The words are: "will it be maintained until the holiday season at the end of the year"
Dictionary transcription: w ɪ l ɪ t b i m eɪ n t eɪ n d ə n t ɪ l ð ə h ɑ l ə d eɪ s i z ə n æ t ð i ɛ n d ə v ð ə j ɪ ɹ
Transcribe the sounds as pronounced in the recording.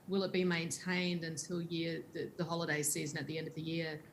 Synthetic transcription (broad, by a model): w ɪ l ɪ t b i m eɪ n t eɪ n d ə n t ɪ l ð ə h ɑ l ə d eɪ s i z ə n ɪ t ð i ɛ n d ə v ð ə j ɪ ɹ